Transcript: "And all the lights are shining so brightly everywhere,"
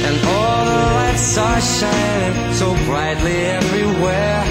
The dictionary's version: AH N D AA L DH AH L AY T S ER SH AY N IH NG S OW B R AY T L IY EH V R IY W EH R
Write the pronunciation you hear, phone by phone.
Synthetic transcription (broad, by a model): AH N AA L DH AH L AY T S ER SH AY N IH NG S OW B R AY T L IY EH V R IY W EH R